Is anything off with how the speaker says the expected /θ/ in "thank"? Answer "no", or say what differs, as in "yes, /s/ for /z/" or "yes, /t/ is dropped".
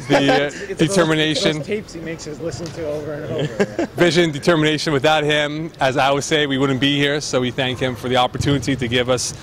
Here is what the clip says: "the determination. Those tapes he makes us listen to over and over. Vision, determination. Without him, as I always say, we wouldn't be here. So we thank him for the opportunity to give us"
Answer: no